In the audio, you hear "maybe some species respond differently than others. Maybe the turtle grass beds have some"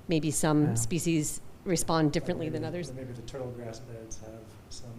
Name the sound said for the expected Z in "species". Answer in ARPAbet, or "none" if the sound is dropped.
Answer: Z